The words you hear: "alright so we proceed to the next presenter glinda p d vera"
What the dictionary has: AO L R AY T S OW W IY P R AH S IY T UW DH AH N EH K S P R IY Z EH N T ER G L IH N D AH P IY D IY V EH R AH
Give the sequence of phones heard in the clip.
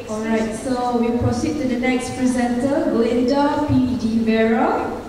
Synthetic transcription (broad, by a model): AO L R AY T S OW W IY P R AH S IY T UW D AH N EH K S P R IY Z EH N T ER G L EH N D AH P IY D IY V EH R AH